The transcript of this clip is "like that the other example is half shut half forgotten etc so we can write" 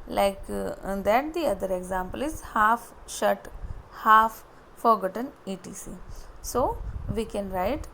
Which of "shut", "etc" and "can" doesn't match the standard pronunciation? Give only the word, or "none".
etc